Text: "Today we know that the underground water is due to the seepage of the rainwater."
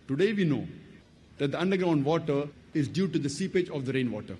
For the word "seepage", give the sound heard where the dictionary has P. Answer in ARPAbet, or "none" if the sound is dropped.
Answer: P